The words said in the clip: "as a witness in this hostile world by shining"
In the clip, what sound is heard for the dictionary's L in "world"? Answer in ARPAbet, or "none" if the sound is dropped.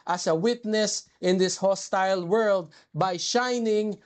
L